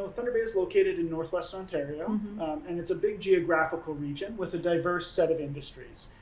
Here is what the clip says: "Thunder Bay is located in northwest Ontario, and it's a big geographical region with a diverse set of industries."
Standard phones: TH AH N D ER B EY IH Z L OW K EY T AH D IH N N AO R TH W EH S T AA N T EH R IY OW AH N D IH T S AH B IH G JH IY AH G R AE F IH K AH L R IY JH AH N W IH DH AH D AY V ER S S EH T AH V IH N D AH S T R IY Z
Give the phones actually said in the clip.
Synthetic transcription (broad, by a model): TH AH N D ER B EY IH Z L OW K EY T AH D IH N N AO R TH W EH S T AA N T EH R IY OW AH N IH T S AH B IH G JH IY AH G R AE F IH K L R IY JH AH N W IH DH AH D AY V ER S S EH T AH V IH N D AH S T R IY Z